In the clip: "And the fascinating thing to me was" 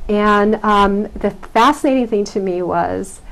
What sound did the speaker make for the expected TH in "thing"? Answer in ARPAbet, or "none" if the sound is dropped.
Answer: TH